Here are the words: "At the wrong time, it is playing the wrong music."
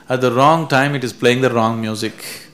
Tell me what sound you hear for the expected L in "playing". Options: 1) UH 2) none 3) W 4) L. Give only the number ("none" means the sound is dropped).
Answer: 4